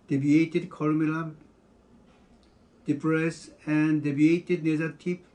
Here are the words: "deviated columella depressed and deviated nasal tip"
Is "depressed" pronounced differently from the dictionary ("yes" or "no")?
yes